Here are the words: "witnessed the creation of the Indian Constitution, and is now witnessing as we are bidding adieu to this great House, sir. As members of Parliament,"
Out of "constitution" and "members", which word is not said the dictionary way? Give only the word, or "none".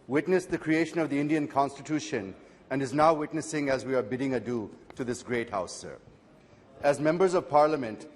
none